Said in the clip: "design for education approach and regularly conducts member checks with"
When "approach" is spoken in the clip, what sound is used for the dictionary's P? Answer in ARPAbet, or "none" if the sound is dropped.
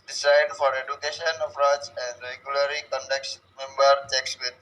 F